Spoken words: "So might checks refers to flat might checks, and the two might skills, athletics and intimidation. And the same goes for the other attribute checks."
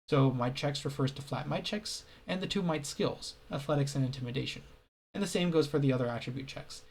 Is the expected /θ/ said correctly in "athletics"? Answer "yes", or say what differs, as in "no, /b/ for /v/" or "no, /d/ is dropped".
yes